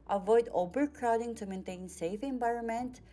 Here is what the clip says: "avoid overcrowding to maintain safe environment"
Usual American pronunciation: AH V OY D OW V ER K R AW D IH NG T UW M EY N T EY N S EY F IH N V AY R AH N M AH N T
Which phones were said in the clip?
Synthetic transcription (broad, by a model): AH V OY D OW B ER K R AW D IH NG T UW M EY N T EY N S EY F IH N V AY R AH N M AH N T